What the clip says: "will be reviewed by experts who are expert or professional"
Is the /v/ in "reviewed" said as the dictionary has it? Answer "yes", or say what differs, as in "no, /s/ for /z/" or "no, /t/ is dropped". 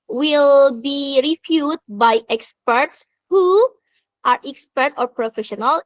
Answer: no, /f/ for /v/